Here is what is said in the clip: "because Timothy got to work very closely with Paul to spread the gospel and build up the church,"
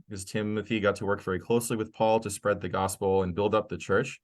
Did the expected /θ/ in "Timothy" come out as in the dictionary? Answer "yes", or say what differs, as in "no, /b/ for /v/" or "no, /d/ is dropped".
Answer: yes